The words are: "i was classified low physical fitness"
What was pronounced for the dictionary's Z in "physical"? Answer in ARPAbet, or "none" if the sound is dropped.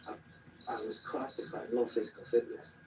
Z